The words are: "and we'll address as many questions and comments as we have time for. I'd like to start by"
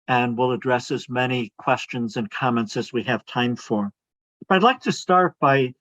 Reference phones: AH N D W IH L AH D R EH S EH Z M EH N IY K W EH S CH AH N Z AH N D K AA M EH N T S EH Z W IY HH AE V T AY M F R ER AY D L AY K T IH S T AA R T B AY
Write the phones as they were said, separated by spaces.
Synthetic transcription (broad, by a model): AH N W IH L AH D R EH S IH Z M EH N IY K W EH S CH AH N Z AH N K AA M EH N T S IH Z W IY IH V T AY M F R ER AY D L AY K T IH S T AA R T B AY